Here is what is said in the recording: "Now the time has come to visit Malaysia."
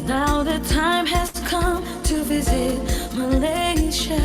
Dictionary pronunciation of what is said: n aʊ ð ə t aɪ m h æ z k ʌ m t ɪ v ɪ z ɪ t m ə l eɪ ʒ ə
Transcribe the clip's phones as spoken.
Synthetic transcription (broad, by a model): n aʊ ð ə t aɪ m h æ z k ʌ m t ɪ v ɪ z ɪ t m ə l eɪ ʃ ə